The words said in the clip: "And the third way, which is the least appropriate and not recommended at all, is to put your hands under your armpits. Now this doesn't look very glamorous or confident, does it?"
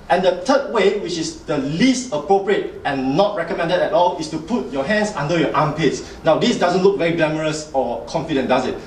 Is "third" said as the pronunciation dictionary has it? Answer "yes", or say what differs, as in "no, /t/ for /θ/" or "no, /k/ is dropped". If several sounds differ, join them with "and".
no, /t/ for /θ/